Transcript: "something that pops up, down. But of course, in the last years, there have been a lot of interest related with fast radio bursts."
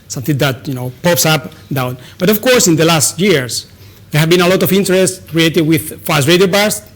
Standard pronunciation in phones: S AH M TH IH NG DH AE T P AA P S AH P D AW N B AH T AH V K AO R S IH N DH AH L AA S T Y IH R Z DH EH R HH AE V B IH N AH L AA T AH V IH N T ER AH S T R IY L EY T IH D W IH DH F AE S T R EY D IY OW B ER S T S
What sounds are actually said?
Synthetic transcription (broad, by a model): S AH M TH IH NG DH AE T P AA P S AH P D AW N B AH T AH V K AO R S IH N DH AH L AA S T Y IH R S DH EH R HH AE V B IH N AH L AA T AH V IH N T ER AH S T R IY EY T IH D W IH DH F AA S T R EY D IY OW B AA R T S